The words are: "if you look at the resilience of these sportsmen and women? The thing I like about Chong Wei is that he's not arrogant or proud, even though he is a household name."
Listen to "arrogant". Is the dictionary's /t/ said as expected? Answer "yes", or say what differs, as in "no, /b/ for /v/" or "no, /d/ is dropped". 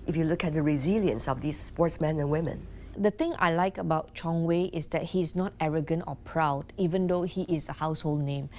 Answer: yes